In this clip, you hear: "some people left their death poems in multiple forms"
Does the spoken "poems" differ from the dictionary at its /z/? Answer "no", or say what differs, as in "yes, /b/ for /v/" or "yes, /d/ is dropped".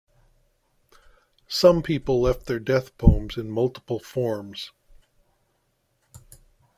no